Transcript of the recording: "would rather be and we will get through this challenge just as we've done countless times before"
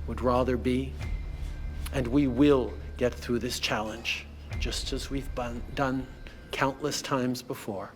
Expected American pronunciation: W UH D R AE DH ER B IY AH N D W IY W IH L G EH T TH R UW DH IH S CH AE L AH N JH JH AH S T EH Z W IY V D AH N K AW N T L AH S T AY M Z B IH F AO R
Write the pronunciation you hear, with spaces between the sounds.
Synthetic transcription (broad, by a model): W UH D R AE DH ER B IY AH N W IY W IH L G EH T TH R UW DH IH S CH AE L AH N JH JH AH S T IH Z W IY V D AH N K AW N T L AH S T AY M Z B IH F AO R